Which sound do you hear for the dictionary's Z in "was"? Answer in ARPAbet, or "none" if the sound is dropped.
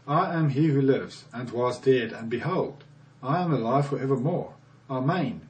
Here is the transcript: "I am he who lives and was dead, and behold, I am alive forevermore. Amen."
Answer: Z